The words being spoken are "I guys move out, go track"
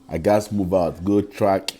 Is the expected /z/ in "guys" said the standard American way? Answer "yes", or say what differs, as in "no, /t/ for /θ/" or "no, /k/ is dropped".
no, /s/ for /z/